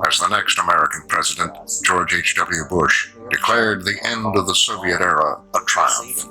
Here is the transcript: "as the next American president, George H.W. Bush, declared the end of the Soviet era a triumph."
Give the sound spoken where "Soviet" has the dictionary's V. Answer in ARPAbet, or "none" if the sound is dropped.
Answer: V